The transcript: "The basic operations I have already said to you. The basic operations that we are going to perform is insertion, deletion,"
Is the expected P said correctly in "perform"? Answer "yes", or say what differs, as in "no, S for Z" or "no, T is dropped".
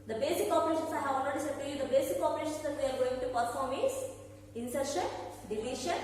yes